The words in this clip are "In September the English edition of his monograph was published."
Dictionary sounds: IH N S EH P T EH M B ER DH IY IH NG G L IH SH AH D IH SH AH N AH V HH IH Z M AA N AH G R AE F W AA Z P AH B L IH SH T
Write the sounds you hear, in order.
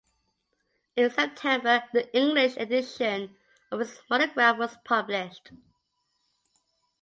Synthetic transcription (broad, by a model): IH N S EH P T EH M B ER DH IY IH NG G L IH SH AH D IH SH AH N AH V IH S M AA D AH G R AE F W AA Z P AH B L IH SH T